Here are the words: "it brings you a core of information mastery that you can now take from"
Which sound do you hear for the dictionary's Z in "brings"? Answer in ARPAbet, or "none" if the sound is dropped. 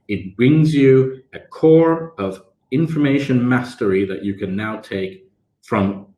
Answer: Z